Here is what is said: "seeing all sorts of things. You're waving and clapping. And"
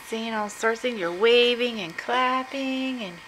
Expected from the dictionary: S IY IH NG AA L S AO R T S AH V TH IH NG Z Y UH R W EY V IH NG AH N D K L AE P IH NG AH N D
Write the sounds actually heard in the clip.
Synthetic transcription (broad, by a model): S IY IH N AA L S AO R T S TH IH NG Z Y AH R W EY V IH NG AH N K L AE P IH NG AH N